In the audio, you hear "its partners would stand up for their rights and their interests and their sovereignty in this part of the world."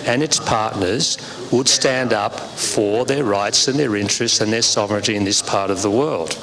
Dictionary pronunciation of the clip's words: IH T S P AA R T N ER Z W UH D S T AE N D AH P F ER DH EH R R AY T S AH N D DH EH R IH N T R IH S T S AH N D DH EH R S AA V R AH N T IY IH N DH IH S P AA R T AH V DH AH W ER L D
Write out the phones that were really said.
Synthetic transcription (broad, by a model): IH T S P AA R T N ER Z W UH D S T AE N D AH P F ER DH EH R R AY T S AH N DH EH R IH N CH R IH S T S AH N DH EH R S AA V R AH N T IY IH N DH IH S P AA R T AH V DH AH W ER L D